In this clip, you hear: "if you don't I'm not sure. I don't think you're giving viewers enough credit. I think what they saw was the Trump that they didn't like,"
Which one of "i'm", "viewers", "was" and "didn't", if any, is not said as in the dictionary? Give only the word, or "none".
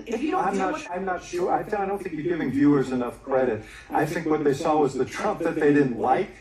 none